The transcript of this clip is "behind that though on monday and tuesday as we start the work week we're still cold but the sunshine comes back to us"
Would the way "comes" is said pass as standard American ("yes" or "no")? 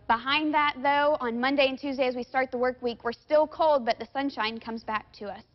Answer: yes